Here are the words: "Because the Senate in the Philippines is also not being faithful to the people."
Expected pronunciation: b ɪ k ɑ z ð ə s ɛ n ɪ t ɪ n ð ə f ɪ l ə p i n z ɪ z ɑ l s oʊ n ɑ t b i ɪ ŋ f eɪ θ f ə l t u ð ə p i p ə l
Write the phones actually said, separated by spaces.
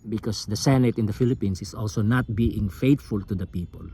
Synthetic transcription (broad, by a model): b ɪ k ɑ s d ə s ɛ n ɪ t ɪ n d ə f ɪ l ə p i n s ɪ s ɑ l s oʊ n ɑ t b i ɪ ŋ f eɪ t f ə l t u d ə p i p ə l